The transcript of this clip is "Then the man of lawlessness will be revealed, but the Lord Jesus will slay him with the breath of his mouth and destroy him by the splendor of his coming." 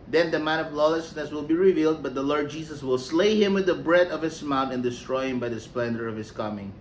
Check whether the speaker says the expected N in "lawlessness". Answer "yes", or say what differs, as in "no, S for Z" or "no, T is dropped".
yes